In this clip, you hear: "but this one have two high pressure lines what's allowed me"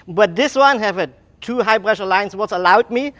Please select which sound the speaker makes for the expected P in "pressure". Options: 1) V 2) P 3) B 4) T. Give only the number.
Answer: 3